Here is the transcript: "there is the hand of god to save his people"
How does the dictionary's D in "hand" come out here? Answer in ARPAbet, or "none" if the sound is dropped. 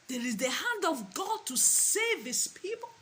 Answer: D